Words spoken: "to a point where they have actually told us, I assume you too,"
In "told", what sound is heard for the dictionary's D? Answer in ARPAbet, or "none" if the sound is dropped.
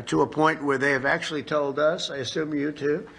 D